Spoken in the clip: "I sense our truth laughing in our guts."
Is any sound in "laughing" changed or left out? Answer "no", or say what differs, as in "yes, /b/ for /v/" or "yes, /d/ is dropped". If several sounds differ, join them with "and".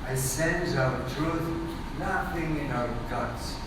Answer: yes, /n/ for /l/